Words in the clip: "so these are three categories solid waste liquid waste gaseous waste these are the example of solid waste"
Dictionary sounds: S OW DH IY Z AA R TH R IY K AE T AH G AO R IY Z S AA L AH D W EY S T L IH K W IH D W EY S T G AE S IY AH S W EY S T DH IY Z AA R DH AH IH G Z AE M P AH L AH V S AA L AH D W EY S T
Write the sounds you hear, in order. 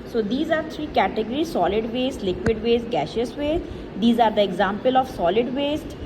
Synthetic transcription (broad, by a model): S OW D IY Z AA R T R IY K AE T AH G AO R IY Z S AA L AH D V EY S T L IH K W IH D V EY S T G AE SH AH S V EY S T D IY Z AA R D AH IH G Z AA M P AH L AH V S AA L AH D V EY S T